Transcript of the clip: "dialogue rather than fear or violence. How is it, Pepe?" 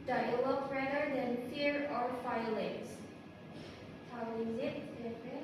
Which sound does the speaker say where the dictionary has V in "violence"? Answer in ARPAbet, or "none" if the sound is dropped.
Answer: F